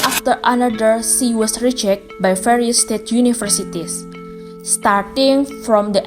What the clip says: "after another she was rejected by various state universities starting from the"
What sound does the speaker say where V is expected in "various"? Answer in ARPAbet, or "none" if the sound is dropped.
F